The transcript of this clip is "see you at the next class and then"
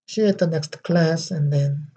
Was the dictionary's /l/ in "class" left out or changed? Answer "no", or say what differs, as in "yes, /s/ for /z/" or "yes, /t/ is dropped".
no